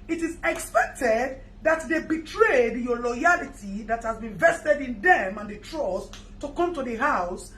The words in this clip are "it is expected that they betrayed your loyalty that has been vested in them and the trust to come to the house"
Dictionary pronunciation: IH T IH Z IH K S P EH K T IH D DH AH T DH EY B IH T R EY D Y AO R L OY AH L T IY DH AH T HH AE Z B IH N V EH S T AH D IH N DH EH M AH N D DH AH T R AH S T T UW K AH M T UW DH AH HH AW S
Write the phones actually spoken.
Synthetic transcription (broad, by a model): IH T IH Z IH K S P EH K T IH D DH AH T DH EY B IH T R EY D Y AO L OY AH L T IY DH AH T HH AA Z B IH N V EH S T AH D IH N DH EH M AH N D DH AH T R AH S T T UW K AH M T UW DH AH HH AW S